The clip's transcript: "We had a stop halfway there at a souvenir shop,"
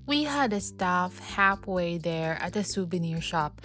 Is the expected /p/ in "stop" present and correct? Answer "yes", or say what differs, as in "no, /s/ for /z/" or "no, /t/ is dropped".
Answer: no, /f/ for /p/